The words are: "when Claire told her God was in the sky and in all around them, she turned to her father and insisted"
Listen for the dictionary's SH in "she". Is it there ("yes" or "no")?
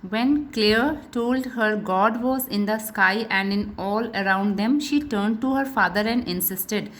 yes